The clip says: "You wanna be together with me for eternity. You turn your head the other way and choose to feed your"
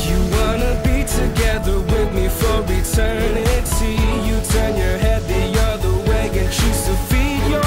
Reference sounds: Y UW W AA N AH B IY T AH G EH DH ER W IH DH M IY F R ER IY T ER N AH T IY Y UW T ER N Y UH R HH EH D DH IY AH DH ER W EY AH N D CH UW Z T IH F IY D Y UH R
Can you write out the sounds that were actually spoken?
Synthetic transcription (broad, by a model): Y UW W AA N AH B IY T AH G EH DH ER W IH DH M IY F R ER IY T ER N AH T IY Y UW T ER N Y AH R HH EH D DH IY AH DH ER W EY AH N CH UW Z T IH F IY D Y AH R